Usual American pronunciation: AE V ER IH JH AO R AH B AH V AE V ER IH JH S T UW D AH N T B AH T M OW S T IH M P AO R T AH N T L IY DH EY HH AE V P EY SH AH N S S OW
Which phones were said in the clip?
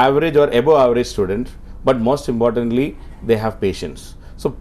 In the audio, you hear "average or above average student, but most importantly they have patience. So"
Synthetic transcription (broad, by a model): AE V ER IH JH AO R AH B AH AE V ER IH JH S T UW D AH N T B AH T M OW S T IH M P AO R T AH N T L IY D EY HH AE V P EY SH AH N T S OW